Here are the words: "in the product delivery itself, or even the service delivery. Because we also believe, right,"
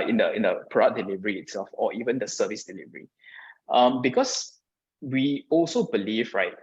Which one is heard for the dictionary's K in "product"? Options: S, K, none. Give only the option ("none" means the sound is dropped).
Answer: none